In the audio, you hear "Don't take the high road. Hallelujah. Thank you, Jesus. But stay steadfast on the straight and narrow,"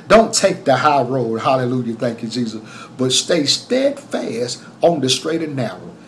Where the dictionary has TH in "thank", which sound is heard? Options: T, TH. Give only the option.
TH